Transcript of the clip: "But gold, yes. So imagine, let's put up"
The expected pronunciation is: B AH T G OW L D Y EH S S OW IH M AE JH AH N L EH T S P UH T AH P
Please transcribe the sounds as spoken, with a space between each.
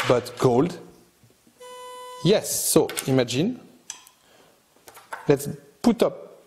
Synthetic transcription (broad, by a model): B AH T G OW L D Y EH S S OW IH M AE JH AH N L EH T S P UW T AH P